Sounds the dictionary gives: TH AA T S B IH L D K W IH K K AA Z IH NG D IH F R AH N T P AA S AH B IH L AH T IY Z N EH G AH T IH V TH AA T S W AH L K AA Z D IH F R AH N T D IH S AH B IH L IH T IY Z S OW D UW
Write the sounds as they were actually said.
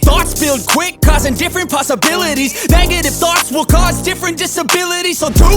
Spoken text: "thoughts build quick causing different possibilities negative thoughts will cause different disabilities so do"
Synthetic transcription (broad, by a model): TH AA T S B IH L D K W IH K K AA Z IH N D IH F R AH N P AA S AH B IH L AH T IY Z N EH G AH T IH F TH AA T S W AH L K AA Z D IH F R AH N D IH S AH B IH L IH T IY Z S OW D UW